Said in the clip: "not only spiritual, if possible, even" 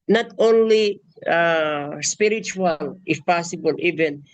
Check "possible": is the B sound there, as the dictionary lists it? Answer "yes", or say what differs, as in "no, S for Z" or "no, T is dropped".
yes